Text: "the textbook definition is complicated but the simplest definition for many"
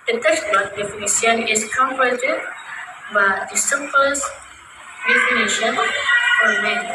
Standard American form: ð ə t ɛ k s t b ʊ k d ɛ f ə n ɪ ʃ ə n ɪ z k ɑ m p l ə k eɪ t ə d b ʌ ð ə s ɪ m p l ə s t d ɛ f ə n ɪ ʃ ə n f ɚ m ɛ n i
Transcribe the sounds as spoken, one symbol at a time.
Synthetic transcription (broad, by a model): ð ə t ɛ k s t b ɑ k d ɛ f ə n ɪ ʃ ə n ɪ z k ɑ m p ə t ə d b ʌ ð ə s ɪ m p l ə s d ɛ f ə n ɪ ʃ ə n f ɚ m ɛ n